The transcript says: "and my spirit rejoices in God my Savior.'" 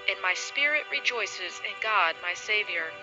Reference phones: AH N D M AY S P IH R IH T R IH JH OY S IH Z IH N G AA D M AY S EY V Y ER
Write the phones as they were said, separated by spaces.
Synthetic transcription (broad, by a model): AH N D M AY S P IH R IH T R IH JH OY S IH Z IH N G AA D M AY S EY V Y ER